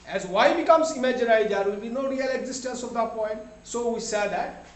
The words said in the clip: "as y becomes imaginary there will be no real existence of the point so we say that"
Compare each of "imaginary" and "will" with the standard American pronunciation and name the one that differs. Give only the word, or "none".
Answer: imaginary